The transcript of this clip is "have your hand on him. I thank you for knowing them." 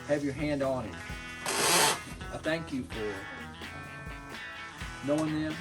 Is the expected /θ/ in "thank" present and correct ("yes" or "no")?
yes